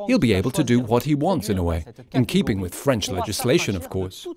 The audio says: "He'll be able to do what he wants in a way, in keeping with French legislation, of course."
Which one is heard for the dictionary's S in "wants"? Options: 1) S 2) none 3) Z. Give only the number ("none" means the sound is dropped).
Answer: 1